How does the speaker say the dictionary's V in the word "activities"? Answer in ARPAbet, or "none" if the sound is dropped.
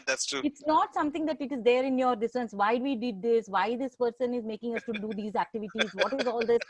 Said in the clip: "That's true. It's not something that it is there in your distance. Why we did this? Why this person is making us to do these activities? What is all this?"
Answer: V